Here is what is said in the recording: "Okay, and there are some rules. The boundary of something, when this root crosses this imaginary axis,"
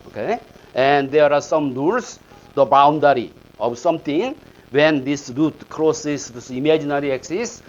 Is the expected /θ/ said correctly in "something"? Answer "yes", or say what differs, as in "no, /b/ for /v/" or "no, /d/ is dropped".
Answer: no, /t/ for /θ/